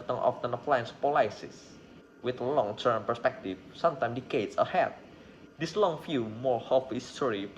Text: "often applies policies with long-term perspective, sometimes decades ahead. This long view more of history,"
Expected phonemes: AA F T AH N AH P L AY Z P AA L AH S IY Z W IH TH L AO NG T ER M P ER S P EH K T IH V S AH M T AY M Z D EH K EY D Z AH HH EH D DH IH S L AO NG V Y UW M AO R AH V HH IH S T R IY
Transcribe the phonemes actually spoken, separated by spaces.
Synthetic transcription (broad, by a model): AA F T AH N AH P L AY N P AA L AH S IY S W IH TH L AO NG T ER M P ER S P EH K T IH F S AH M T AY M D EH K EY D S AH HH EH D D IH S L AO NG F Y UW M AO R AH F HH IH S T R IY